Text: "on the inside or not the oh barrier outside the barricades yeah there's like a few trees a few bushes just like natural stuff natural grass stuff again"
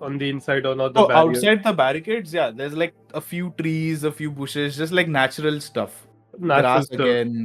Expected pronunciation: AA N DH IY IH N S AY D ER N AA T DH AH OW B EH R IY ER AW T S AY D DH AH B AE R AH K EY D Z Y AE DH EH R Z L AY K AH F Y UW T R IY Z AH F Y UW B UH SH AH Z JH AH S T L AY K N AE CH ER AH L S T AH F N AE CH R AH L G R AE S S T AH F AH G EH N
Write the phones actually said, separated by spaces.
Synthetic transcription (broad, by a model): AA N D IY IH N S AY D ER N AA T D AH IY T S AY D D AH B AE R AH K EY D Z Y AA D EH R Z L AY K AH F Y UW T R IY Z AH F Y UW B UH SH AH Z JH AH S T L AY K N AE CH ER AH L S T AH F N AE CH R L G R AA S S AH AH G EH N